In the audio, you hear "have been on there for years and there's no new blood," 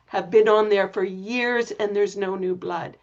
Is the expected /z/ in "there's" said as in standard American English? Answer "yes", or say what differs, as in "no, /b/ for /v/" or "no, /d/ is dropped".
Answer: yes